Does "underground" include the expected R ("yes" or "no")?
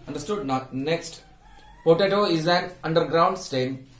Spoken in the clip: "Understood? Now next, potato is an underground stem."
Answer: yes